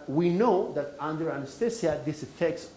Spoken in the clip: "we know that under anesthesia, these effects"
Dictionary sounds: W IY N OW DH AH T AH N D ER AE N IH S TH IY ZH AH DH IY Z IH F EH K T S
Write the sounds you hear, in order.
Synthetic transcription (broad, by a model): W IY N OW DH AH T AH N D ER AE N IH S T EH S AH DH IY S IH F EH K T S